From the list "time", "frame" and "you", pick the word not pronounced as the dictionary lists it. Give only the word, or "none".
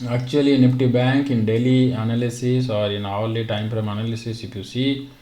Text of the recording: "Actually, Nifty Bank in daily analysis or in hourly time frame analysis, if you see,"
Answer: frame